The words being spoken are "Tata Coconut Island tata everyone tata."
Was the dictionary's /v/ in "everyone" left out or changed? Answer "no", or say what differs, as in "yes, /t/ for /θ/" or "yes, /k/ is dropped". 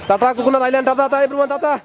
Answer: yes, /b/ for /v/